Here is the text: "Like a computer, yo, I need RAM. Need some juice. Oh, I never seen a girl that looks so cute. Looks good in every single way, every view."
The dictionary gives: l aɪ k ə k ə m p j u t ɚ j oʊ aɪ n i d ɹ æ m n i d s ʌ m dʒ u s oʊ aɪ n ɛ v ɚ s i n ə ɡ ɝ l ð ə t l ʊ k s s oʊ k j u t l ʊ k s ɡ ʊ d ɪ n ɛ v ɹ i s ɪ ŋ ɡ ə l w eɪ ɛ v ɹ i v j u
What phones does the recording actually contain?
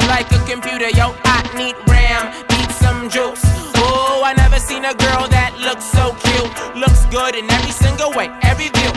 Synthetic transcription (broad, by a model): l aɪ k ə k ə m p j u t ɚ j oʊ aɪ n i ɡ ɹ æ m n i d s ʌ m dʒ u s oʊ aɪ n ɛ v ɚ s i n ə ɡ ɝ l ð ə t l ʊ k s s oʊ k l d l ʊ k s ɡ ʊ d ɪ n ɛ v ɹ i s ɪ ŋ ɡ l w eɪ ɛ v ɹ i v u